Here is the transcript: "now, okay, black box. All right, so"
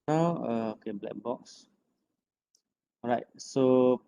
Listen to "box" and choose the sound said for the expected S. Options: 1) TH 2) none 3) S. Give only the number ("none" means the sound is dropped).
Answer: 3